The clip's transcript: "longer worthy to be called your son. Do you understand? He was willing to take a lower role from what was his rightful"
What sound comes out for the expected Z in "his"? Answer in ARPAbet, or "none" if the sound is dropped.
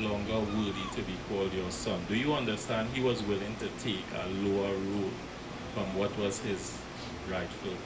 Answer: Z